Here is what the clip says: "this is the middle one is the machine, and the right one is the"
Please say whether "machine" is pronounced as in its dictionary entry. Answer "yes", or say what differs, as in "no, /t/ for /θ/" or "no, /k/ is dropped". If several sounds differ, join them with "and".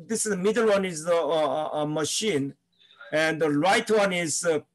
yes